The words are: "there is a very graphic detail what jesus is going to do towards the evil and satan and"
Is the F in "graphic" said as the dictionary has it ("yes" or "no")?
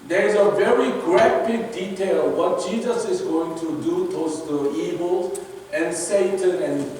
no